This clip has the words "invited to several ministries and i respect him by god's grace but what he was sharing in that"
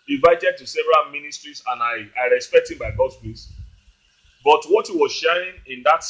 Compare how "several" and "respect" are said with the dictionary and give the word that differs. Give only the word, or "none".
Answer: none